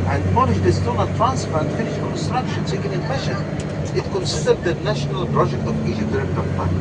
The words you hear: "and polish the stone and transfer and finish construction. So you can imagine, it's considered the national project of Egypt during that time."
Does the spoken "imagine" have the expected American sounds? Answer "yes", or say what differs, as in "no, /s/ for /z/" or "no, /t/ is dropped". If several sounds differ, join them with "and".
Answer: no, /ʃ/ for /dʒ/